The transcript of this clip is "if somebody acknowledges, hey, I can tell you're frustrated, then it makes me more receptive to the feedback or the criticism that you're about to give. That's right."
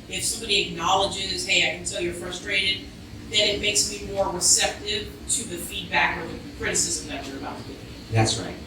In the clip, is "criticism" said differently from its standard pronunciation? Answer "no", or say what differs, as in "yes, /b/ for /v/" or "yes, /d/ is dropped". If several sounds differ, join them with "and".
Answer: no